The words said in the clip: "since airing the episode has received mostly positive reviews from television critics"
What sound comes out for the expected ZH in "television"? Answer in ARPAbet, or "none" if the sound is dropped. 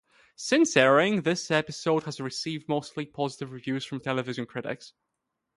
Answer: ZH